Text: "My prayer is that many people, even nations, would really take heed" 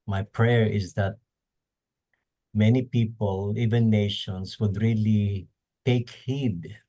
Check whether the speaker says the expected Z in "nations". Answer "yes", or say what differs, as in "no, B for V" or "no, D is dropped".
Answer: no, S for Z